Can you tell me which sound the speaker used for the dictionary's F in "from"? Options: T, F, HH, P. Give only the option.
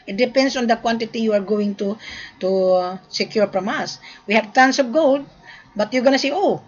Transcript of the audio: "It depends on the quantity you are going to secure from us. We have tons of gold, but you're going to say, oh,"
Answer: P